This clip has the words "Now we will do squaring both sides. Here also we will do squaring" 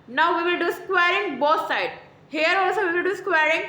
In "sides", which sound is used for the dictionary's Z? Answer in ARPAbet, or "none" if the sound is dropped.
none